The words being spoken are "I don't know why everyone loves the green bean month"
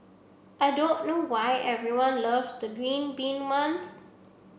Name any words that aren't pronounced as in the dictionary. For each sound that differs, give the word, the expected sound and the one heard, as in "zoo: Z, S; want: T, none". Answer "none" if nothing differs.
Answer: month: TH, S